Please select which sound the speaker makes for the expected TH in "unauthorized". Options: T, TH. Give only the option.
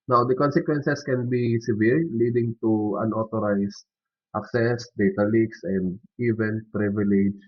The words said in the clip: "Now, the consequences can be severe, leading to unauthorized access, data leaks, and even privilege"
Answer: T